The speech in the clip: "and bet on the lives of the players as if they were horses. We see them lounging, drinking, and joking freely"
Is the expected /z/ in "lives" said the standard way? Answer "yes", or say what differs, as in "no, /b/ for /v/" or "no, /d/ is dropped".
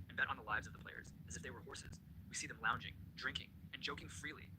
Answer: yes